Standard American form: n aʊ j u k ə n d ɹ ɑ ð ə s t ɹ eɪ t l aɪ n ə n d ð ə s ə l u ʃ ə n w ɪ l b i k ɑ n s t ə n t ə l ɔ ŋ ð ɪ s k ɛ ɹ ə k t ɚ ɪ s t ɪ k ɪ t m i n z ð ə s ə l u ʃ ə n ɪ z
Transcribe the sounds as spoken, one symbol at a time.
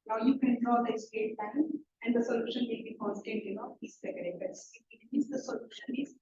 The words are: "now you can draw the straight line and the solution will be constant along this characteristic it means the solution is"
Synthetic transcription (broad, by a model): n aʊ j u k ə n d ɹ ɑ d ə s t eɪ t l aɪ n ə n d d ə s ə l u ʃ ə n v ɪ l b i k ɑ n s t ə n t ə n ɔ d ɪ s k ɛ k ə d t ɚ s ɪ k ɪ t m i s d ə s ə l u ʃ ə n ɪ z